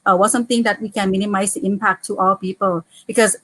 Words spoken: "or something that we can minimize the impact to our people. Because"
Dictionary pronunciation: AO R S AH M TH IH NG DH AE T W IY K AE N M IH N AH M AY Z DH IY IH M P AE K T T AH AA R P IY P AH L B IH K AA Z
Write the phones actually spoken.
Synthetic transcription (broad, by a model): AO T S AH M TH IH NG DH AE T W IY K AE N M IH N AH M AY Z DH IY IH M P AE K T T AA L P IY P AH L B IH K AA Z